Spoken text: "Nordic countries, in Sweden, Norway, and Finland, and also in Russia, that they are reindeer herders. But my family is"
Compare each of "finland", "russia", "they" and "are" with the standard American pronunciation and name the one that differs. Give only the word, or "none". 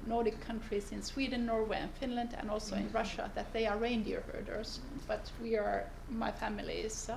none